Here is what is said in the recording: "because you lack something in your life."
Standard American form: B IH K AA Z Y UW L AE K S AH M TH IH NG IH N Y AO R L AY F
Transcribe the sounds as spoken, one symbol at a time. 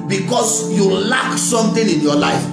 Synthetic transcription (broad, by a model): B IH K AA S Y UW L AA K S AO M T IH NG IH N Y AO L AY F